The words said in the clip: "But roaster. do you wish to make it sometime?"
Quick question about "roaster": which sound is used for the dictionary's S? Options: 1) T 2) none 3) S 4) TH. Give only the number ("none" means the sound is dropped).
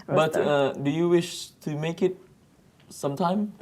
2